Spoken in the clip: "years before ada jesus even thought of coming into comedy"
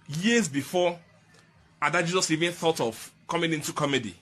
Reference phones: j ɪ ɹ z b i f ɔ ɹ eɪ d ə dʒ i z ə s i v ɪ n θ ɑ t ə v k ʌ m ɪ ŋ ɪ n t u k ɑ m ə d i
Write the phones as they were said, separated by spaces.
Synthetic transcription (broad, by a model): j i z b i f ɔ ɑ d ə dʒ i z ə s i v ɪ n θ ɑ t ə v k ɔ m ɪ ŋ ɪ n t u k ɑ m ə d i